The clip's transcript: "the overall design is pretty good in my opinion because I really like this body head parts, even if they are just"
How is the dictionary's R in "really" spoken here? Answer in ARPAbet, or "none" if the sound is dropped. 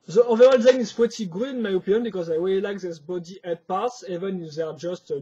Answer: W